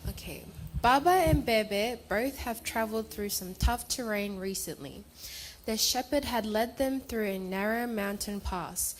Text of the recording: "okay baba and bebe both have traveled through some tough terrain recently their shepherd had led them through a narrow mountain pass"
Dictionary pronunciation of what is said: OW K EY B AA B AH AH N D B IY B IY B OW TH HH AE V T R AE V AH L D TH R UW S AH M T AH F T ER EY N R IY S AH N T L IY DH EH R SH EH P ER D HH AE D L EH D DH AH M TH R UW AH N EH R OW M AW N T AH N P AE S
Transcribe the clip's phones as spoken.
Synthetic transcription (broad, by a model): OW K EY B AA B AH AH N B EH B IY B OW TH HH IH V T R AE V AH L D TH R UW S AH M T AH F T ER EY N R IY S AH N T L IY DH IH SH EH P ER D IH D L EH D DH AH M TH R UW AH N EH R OW M AW N T AH N P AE S